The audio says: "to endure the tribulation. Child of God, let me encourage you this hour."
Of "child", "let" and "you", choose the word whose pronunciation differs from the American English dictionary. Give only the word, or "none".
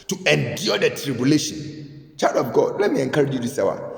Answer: child